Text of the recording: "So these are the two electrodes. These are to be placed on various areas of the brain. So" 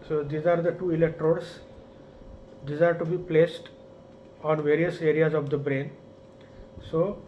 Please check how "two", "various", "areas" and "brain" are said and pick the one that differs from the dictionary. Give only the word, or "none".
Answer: none